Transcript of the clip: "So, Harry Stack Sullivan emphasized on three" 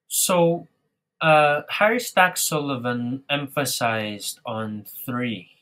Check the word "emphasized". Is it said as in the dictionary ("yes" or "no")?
yes